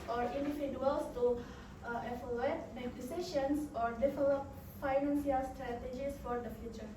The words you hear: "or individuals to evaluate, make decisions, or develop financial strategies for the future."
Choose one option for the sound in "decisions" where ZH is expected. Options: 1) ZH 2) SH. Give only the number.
2